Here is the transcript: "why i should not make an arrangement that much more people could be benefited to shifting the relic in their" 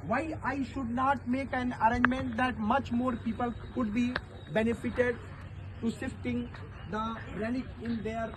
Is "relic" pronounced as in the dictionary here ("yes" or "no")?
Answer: no